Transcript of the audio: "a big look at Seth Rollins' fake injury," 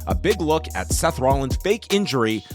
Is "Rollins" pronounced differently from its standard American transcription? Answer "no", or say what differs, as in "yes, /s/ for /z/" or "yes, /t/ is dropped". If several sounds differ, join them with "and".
no